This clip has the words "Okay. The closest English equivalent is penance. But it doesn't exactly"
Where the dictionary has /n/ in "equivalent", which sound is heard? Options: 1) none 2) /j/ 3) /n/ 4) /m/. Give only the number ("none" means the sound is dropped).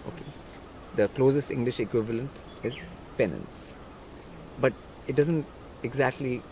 3